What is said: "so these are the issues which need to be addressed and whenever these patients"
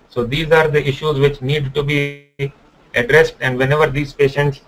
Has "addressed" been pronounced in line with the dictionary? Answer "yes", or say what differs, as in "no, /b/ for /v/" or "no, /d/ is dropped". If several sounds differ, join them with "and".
yes